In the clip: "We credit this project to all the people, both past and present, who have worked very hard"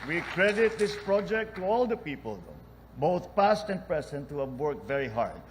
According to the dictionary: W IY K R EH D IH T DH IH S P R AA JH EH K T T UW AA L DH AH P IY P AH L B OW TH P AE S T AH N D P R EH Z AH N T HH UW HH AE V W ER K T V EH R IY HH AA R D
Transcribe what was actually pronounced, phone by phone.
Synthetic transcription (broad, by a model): W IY K R EH D IH T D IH S P R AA JH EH K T T UW AA L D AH P IY P AH L B OW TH P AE S T AH N D P R EH S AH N T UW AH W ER K V EH R IY HH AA R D